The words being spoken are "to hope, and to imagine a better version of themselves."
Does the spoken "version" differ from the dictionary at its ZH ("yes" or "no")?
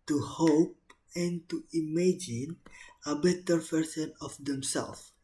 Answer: yes